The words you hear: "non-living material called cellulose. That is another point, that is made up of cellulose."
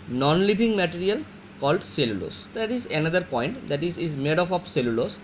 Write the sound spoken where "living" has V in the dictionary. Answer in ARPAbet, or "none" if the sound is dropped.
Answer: B